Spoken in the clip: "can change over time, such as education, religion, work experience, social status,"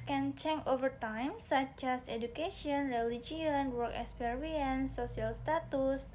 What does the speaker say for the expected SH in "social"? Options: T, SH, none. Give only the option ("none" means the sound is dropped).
none